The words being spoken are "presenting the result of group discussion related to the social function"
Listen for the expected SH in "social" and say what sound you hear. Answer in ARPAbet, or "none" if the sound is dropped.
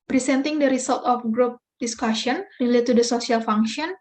none